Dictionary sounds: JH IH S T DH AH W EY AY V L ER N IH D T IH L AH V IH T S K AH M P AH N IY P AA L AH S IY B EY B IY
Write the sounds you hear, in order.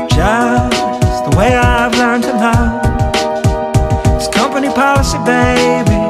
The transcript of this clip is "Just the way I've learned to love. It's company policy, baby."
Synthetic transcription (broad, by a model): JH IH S DH AH W EY AY V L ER IH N T IH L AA IH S K AH M P AH N IY P AA L AH S IY B EY B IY